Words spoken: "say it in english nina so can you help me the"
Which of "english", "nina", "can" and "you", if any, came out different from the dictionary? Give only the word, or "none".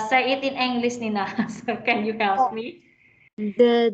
english